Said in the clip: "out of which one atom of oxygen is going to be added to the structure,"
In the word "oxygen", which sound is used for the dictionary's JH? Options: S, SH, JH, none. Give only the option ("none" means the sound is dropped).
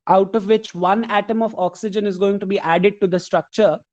JH